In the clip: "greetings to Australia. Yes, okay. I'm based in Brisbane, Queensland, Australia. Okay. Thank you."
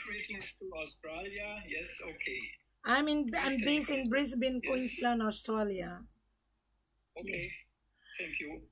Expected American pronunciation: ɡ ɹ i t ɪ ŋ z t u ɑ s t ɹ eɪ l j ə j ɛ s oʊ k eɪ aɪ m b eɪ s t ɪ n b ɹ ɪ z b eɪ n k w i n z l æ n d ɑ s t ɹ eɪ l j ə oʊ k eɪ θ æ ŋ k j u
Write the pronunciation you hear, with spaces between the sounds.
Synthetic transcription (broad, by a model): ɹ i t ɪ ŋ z t u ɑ s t ɹ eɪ l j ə j ɛ s oʊ k eɪ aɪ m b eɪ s ɪ n b ɹ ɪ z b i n k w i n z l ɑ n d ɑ s t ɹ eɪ l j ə oʊ k eɪ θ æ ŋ k j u